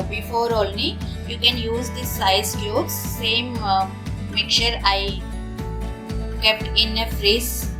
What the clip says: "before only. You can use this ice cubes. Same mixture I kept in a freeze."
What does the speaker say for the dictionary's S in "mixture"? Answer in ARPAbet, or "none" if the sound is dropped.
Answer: none